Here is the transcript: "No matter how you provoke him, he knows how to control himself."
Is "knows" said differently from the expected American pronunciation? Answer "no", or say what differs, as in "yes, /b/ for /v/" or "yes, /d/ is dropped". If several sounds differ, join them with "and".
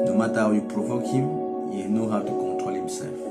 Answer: yes, /z/ is dropped